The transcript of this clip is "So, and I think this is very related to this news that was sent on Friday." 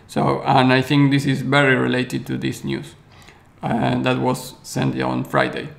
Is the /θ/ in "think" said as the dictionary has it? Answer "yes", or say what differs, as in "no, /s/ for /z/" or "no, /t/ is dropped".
yes